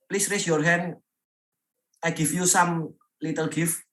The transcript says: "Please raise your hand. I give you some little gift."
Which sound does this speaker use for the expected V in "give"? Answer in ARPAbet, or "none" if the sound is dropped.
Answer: F